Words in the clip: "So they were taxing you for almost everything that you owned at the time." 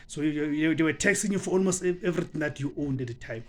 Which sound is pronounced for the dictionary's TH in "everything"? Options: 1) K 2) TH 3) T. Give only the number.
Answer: 3